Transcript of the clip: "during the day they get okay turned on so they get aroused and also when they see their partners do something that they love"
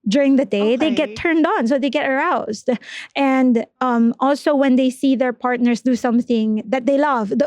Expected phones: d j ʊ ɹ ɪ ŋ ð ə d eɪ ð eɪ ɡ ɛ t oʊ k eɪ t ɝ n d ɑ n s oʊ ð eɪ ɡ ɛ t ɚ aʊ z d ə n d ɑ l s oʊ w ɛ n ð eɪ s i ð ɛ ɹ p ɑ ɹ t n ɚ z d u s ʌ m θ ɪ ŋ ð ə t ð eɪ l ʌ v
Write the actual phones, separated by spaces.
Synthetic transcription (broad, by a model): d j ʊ ɹ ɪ ŋ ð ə d eɪ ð eɪ ɡ ɛ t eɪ t ɝ n d ɑ n s oʊ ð eɪ ɡ ɛ t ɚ aʊ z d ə n d ɑ l s oʊ w ɛ n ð eɪ s i ð ɛ ɹ p ɑ ɹ t n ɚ s d u s ʌ m θ ɪ ŋ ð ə t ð eɪ l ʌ v